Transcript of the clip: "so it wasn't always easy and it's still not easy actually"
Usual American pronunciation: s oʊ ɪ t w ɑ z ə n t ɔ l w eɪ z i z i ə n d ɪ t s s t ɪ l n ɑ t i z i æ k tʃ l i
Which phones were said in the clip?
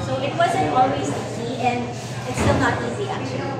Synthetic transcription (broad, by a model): s oʊ ɪ t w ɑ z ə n ɔ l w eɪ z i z i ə n ɪ t s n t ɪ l n ɑ t i z i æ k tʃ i